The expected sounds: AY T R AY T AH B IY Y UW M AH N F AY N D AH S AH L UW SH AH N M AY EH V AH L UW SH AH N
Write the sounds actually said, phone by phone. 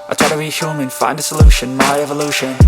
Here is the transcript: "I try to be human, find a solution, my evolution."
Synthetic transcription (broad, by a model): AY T AY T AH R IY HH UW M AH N F AY N D AH S AH L UW SH AH N M AY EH V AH L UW SH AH N